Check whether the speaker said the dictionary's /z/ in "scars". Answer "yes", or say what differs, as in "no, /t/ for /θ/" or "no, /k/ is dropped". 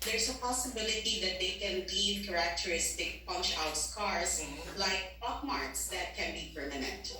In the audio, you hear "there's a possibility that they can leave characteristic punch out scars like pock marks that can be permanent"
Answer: no, /s/ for /z/